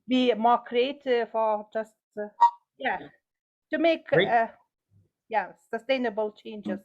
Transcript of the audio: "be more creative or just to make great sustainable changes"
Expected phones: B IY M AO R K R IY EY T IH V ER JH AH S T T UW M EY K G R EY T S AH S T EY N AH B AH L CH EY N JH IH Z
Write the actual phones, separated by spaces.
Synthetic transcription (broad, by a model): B IY M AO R K R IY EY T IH F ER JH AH S T T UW M EY K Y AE S AH S T EY N AH B AH L CH EY N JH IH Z